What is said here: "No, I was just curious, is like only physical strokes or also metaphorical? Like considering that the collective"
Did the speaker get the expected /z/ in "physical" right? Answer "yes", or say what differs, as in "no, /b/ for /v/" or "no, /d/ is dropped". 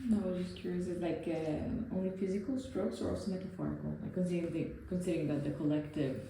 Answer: yes